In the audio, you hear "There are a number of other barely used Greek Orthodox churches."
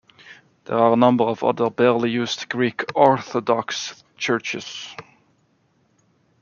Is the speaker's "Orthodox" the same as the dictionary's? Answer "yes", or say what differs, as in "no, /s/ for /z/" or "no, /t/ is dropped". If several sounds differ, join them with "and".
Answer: yes